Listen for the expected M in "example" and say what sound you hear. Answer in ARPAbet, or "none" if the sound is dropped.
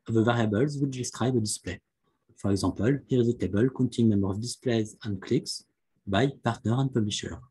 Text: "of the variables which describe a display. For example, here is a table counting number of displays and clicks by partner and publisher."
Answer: none